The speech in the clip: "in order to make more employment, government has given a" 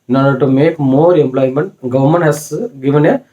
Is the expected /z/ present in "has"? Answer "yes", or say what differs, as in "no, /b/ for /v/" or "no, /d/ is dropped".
no, /s/ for /z/